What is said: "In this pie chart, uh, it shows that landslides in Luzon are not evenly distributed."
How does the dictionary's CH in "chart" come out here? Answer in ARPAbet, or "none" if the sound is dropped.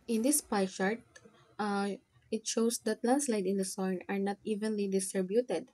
SH